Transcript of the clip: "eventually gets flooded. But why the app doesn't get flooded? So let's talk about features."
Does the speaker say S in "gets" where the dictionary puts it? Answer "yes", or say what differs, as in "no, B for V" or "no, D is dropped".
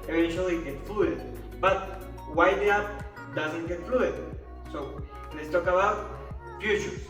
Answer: no, S is dropped